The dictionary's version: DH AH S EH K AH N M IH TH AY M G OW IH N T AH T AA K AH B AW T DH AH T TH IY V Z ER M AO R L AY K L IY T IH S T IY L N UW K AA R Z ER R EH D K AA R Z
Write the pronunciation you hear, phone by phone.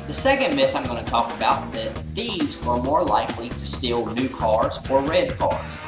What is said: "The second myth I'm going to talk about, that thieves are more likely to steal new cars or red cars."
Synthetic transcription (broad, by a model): DH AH S EH K AH N M IH TH AY M G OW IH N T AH T AA K AH B AW T DH AH T TH IY V Z ER M AO R L AY K L IY T IH S T IY L N UW K AA R Z ER R EH D K AA R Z